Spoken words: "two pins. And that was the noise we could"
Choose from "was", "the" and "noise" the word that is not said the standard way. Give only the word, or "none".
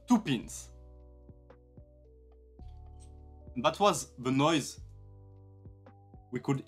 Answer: none